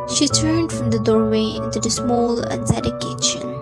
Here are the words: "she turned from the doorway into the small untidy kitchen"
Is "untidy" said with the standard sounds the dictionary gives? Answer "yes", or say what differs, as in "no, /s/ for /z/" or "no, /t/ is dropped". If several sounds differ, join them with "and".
no, /s/ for /t/